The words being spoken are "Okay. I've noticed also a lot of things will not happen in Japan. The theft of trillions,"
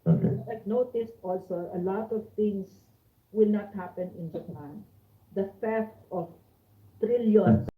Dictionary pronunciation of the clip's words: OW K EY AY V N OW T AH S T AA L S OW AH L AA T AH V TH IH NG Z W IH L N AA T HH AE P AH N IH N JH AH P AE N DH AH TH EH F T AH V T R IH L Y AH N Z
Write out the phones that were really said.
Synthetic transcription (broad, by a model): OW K N OW T AH S T AA L S OW AH L AA T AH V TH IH NG S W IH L N AA T HH AE P AH N IH N JH AH P AE N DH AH F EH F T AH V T R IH L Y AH N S